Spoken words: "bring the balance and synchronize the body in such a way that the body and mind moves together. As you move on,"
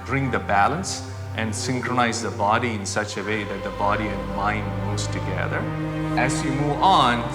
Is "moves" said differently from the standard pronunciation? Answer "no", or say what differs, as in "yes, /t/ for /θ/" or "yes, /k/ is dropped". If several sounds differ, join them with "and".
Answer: yes, /v/ is dropped